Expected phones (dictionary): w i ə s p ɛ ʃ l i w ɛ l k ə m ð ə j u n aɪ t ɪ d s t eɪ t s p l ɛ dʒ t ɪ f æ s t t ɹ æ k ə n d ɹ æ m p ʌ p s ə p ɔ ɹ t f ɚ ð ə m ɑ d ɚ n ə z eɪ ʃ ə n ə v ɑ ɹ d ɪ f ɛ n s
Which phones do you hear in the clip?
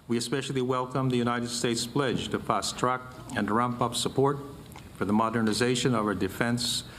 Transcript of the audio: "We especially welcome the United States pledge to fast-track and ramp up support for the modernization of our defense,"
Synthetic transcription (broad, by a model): w i ə s p ɛ ʃ l i w ɛ l k ə m ð ə j u n aɪ t ɪ d s t eɪ t s p l ɛ dʒ t ɪ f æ s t t ɹ æ k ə n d ɹ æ m p ʌ p s ə p ɔ ɹ t f ɚ ð ə m ɑ d ɚ n ə z eɪ ʃ ə n ə v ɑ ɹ d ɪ f ɛ n s